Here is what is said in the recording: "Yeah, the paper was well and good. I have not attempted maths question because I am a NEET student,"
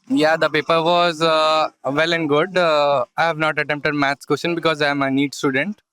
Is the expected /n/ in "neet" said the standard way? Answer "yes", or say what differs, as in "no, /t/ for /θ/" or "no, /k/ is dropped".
yes